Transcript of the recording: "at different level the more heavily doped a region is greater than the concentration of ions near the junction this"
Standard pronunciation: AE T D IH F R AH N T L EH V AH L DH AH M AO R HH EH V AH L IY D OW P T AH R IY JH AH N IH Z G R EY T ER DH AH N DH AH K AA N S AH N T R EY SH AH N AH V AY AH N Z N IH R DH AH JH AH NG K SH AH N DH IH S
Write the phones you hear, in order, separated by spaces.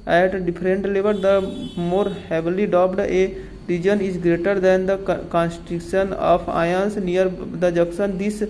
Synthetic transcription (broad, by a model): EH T D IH P R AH N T L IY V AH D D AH M AO R HH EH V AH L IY D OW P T AH R IY JH AH N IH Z G R EY T ER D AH N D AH K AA N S T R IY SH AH N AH P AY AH N S N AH R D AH JH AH K S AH N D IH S